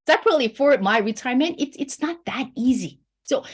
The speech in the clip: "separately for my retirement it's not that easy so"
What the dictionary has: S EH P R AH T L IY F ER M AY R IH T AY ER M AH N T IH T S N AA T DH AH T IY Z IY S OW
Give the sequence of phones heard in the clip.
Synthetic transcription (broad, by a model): S EH P R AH T L IY F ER M AY R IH T AY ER M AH N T IH T S N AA T DH AH T IY Z IY S OW